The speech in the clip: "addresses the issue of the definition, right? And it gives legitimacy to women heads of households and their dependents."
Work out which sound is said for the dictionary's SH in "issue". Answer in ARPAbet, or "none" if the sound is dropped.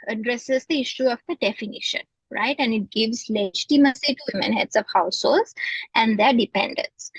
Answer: SH